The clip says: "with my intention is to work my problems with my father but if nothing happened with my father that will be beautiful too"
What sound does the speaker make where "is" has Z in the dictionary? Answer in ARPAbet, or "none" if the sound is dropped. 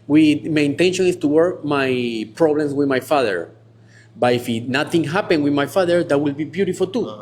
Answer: S